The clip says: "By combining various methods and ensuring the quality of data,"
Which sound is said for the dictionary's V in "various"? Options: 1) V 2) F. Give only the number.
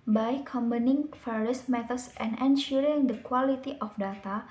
2